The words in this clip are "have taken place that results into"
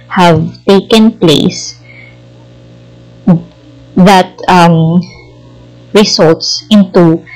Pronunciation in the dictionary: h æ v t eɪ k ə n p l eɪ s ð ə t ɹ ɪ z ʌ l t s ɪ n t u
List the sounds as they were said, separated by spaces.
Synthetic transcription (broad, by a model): h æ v t eɪ k ə n p l eɪ s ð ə t ɹ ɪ s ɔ l t s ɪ n t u